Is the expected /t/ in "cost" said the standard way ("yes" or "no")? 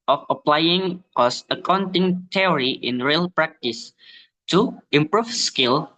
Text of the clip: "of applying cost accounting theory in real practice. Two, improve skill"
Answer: no